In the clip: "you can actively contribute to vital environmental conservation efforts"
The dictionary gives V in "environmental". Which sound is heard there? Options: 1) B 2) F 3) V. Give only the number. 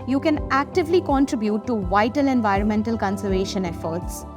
3